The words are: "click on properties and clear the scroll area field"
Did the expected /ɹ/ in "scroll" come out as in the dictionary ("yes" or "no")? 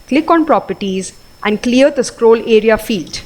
yes